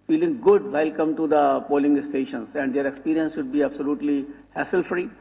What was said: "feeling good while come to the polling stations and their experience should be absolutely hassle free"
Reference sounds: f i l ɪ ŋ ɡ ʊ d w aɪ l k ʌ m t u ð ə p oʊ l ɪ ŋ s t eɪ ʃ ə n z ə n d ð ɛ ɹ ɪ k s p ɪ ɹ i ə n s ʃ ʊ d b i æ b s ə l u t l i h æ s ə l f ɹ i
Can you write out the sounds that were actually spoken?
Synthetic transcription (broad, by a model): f i l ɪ ŋ ɡ ʊ d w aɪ l k ʌ m t u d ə p oʊ l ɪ ŋ s t eɪ ʃ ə n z ə n d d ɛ ɹ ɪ k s p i ɹ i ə n s ʃ ʊ d b i æ b s ə l u t l i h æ s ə l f ɹ i